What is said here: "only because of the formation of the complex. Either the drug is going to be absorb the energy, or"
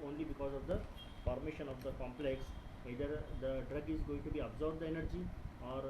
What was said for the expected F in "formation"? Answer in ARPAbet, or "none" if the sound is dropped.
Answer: P